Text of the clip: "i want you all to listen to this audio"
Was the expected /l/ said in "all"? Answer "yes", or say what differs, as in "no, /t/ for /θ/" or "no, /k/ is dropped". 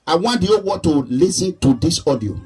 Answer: no, /w/ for /l/